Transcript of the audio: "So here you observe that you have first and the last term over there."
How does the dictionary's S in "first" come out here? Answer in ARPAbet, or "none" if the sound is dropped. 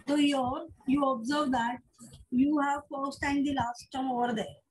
S